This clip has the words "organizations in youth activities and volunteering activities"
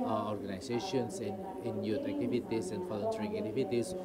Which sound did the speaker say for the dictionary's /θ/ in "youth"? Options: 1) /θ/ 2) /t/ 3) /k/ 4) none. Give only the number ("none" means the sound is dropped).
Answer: 2